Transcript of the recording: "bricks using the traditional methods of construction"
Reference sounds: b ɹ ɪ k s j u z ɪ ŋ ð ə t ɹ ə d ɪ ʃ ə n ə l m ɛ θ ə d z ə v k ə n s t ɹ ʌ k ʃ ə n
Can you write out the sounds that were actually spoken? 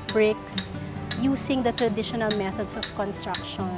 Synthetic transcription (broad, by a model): b ɹ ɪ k s j u s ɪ ŋ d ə t ɹ ə d ɪ ʃ ə n ə l m ɛ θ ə d s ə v k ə n s t ɹ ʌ k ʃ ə n